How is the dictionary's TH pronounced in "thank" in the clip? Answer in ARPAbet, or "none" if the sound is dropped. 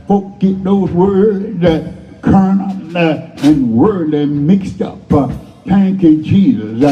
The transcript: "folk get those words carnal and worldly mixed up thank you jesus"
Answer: T